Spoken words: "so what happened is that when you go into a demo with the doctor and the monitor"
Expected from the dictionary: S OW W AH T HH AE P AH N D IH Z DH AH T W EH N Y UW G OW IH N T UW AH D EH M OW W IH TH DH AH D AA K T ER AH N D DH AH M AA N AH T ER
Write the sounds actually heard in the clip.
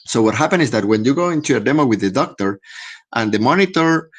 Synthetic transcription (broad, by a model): S OW W AH T HH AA P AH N IH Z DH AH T W EH N Y UW G OW IH N T UW AH D EH M OW W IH DH AH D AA K T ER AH N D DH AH M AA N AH T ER